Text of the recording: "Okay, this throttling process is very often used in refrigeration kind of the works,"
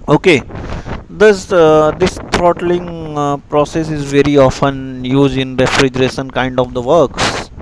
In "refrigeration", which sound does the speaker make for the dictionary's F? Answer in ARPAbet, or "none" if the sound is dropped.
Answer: F